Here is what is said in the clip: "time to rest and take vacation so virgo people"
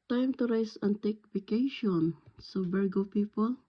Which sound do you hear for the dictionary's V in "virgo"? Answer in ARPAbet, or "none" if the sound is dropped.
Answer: B